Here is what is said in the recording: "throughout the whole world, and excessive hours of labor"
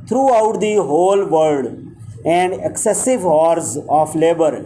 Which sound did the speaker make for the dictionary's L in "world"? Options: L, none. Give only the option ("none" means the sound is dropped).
none